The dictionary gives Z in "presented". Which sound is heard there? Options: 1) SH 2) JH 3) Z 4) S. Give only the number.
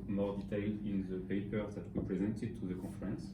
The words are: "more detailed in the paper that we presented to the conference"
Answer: 3